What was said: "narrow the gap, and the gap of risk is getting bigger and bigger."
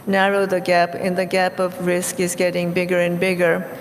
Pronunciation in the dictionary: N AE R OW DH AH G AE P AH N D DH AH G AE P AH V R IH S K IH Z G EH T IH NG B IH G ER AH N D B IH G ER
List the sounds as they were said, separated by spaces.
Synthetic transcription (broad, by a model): N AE R OW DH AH G AE P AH N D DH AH G AE P AH V R IH S K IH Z G EH T IH NG B IH G ER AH N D B IH G ER